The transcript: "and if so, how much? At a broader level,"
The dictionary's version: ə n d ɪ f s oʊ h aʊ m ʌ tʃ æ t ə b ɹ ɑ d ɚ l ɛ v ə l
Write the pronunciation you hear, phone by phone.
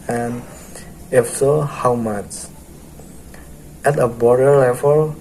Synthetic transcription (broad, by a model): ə n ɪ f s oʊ h aʊ m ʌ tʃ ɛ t ə b ɑ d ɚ l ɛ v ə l